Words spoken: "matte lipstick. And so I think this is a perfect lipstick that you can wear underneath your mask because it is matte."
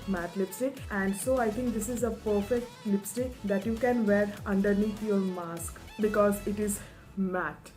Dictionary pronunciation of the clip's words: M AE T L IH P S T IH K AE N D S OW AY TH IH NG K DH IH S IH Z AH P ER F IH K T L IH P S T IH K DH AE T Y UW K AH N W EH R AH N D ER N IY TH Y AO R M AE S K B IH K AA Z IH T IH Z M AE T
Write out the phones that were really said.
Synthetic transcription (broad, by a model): M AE T L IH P S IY AE N D S OW AY T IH NG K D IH S IH Z AH P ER F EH K T L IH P S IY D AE T Y UW K AH N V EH R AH N D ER N IY T Y AO R M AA S K B IH K AA Z IH T IH Z M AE T